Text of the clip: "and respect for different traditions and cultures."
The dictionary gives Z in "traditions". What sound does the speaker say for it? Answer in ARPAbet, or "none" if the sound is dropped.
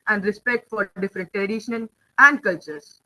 none